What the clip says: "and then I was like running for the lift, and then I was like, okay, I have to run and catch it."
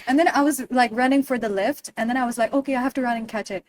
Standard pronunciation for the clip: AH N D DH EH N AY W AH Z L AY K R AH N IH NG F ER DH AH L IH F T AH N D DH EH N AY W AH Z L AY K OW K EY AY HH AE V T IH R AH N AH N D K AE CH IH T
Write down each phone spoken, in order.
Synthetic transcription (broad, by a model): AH N DH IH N AY W AH Z L AY K R AH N IH NG F ER DH AH L IH F T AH N DH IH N AY W AH Z L AY K OW K EY AY HH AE F T IH R AH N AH N K AE CH IH T